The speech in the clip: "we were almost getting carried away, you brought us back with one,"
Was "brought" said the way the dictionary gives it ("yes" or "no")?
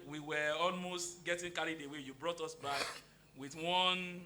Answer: yes